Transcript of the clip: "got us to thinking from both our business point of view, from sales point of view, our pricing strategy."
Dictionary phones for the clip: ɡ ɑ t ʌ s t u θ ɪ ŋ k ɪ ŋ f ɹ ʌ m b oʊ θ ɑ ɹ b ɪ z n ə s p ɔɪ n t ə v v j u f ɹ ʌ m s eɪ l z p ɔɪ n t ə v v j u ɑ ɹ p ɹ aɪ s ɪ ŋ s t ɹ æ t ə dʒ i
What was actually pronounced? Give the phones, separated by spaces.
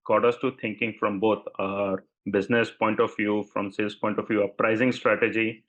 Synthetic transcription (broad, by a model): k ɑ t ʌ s t u t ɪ ŋ k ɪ ŋ f ɹ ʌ m b oʊ t ɑ ɹ b ɪ z n ə s p ɔɪ n t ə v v j u f ɹ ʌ m s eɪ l s p ɔɪ n t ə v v j u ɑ p ɹ aɪ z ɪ ŋ s t ɹ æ t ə dʒ i